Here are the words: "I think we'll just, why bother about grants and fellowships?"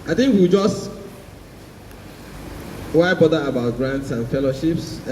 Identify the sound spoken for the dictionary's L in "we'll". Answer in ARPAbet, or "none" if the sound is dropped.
W